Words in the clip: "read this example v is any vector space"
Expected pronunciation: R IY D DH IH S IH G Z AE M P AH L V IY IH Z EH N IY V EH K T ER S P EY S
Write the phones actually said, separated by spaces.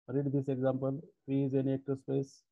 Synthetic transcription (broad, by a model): R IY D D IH S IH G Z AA M P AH L F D IH Z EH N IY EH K T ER S P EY S